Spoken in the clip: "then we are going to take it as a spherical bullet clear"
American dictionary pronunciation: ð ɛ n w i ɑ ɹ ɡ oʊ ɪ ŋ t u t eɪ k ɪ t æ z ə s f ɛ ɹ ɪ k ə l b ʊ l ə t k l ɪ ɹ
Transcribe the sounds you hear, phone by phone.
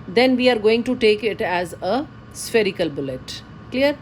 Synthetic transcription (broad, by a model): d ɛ n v i ɑ ɹ ɡ oʊ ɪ ŋ t u t eɪ k ɪ t æ z ə s f ɛ ɹ ɪ k ə l b ʊ l ə t k l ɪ ɹ